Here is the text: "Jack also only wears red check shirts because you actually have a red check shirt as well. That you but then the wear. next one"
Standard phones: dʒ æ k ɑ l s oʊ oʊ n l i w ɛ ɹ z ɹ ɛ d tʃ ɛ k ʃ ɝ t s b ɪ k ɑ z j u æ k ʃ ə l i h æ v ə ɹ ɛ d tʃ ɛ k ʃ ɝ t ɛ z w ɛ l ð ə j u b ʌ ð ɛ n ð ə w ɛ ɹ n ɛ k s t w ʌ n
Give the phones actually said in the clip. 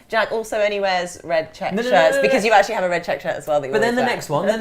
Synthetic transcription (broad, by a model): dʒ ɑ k ɑ l s oʊ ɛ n i w ɛ z ɹ ɛ d tʃ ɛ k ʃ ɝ t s b ɪ k ɑ z j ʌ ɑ k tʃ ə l i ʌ v ə ɹ ɛ d tʃ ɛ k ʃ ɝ t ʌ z w ɛ l ð ə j b ʌ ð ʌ n ð ə n ɛ k s t w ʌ n